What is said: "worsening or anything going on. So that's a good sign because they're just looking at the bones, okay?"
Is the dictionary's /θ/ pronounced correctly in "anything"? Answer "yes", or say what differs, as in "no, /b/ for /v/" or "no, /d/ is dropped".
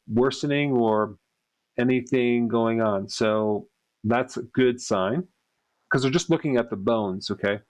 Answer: yes